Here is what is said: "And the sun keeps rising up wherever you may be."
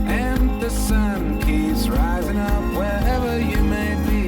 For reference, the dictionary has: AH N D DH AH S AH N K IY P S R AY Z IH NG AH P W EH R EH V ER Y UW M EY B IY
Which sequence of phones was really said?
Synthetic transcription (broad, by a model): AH N DH AH S AH N K IY P S R AY Z IH NG AH P W EH R EH V ER Y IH M EY B IY